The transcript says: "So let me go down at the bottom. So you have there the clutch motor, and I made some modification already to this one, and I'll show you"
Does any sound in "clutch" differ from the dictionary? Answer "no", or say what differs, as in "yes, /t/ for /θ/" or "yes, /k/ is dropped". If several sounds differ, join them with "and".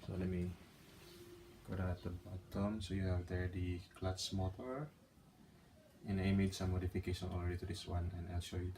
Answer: yes, /s/ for /tʃ/